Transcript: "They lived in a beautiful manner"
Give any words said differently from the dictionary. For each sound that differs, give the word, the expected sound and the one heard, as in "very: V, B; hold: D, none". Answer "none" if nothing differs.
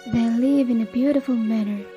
lived: D, none